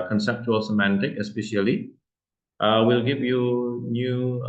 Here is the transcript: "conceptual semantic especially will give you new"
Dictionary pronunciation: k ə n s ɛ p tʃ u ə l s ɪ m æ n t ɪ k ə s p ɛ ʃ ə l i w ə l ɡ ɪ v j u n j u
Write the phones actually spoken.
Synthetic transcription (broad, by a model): k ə n s ɛ p tʃ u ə l s ɪ m æ n t ɪ k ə s p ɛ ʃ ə l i w ə l ɡ ɪ v j u n j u